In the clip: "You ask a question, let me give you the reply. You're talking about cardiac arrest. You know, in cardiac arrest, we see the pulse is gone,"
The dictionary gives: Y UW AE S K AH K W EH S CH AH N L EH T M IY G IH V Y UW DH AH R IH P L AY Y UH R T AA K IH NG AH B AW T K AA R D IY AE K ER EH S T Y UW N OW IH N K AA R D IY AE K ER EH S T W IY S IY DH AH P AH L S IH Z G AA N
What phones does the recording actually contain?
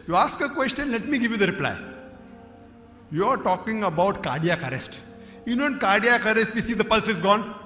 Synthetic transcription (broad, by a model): Y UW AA S K AH K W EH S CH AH N L EH T M IY G IH V Y UW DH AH R IH P L AY Y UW R T AA K IH NG AH B AW T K AA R D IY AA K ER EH S T Y UW N OW IH N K AA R D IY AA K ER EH S T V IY S IY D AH P AH L S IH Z G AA N